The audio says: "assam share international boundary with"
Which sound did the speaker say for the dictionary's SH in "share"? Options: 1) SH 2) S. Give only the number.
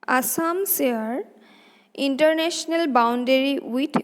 2